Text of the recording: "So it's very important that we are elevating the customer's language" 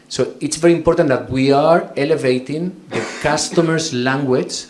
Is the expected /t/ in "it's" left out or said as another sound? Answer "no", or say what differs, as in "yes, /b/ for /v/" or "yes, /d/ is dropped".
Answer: no